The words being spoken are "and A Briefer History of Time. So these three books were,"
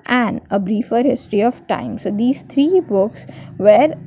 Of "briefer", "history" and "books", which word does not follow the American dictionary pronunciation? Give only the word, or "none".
none